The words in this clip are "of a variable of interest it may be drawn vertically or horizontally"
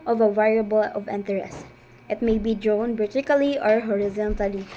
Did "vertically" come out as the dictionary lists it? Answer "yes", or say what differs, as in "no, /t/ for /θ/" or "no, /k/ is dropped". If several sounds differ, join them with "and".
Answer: no, /b/ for /v/